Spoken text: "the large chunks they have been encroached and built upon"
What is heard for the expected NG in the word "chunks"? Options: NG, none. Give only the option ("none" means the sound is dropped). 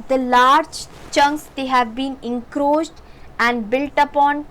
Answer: NG